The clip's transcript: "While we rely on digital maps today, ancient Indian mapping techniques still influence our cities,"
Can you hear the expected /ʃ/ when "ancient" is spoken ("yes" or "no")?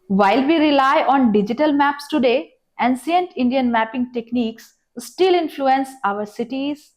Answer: no